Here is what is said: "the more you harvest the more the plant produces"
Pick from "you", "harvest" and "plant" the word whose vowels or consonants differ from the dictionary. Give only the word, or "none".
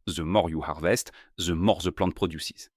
plant